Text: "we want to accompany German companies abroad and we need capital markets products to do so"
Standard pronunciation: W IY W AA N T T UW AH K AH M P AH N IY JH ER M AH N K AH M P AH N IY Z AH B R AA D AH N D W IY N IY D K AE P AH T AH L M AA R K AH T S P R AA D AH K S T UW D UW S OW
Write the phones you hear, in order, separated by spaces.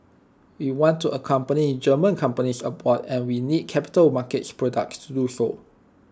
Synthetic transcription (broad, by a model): W IY W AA N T T UW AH K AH M P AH N IY JH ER M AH N K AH M P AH N IY S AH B AA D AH N W IY N IY D K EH P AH T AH L M AA K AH T S P R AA D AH K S T UW D UW S OW